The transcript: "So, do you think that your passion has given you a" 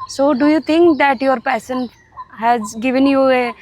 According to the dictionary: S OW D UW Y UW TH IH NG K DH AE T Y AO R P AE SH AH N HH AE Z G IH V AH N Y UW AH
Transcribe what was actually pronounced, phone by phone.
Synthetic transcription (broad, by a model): S OW D UW Y UW T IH NG K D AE T Y AO R P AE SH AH N HH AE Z G IH V AH N Y UW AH